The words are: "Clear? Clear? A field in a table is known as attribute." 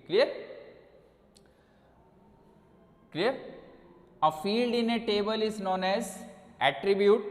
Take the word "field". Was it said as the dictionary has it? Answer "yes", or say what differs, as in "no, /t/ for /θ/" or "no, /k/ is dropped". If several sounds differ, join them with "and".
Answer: yes